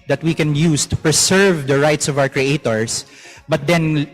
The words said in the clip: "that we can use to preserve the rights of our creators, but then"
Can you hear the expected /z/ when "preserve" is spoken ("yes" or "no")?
no